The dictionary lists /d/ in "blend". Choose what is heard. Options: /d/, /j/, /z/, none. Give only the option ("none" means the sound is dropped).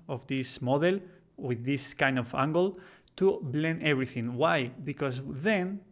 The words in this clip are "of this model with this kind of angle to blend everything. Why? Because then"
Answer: none